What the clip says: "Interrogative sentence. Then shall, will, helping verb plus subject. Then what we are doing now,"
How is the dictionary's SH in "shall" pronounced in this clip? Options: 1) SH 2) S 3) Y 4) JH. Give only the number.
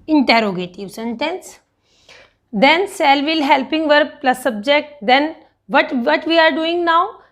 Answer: 2